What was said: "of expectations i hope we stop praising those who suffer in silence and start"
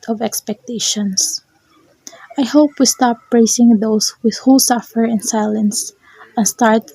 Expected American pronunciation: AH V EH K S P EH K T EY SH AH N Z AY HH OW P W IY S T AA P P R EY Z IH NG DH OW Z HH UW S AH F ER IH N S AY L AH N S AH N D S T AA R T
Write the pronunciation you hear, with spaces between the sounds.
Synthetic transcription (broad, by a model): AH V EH K S P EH K T EY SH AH N S AY HH OW P W IY S T AA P P R EY S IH NG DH OW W HH UW S AH F ER IH N S AY L AH N S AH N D S T AA R T